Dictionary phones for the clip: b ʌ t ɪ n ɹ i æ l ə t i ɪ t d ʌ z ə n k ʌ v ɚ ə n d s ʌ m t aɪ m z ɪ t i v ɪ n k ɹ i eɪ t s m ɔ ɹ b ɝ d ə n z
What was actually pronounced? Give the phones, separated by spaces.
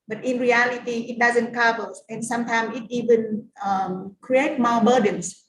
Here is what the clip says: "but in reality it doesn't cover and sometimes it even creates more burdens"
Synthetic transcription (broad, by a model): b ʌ t ɪ n ɹ i æ l ə t i ɪ t d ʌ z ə n k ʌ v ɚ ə n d s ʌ m t aɪ m ɪ t i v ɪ n k ɹ i eɪ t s m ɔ b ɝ d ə n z